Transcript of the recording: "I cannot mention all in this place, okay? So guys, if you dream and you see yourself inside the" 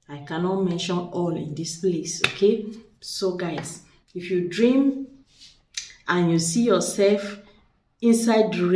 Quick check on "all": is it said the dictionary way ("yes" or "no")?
yes